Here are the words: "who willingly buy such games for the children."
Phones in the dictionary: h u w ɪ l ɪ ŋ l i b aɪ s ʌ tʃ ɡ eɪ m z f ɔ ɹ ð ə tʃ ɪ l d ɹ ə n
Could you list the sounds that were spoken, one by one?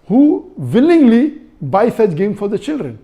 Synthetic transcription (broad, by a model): h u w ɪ l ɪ ŋ l i b aɪ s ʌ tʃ ɡ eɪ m f ɔ ɹ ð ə tʃ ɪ l d ɹ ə n